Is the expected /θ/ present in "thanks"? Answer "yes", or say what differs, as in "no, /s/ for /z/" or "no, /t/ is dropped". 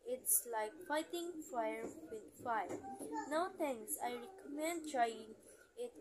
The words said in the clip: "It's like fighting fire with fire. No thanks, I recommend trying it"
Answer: no, /t/ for /θ/